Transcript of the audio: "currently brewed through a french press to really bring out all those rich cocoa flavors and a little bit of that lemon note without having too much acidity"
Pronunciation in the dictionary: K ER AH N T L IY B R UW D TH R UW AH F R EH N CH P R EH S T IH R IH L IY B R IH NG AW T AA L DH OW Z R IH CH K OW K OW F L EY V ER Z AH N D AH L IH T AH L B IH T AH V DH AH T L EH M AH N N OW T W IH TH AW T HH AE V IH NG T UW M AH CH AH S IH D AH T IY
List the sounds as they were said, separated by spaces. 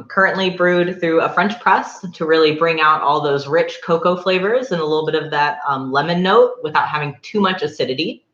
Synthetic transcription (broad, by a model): K ER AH N T L IY B R UW D TH R UW AH F R EH N CH P R EH S T IH R IH L IY B R IH NG AW T AA L DH OW Z R IH CH K OW K OW F L EY V ER Z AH N AH L IH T L B IH T AH V DH AH T L EH M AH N N OW T W IH TH AW T HH AE V IH NG T UW M AH CH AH S IH D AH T IY